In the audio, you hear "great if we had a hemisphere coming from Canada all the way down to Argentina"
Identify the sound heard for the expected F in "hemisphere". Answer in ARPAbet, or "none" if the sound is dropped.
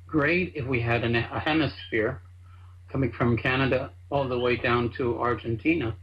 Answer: F